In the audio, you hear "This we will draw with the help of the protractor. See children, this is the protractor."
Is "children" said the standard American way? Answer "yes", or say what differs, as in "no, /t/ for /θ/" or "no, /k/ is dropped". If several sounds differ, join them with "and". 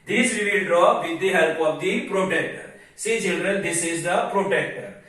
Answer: yes